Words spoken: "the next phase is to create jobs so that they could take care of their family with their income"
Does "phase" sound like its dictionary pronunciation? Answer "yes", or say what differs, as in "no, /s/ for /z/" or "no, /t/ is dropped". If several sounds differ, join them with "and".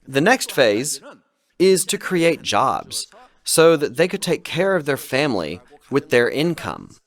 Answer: yes